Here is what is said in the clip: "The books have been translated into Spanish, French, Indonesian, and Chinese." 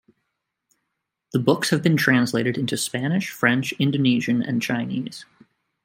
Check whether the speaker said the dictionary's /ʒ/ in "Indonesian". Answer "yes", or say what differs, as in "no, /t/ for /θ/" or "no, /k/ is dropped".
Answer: yes